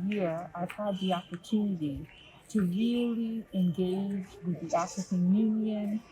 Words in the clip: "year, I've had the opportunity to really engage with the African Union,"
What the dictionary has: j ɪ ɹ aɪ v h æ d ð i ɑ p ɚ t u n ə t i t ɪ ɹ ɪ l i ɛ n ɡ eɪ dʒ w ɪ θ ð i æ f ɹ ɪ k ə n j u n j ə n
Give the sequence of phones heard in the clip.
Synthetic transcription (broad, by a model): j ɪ ɹ aɪ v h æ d ð i ɑ p ɚ t u n ə t i t ɪ ɹ ɪ l i ɛ n ɡ eɪ dʒ w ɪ ð i æ f ɹ ɪ k ə n j u n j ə n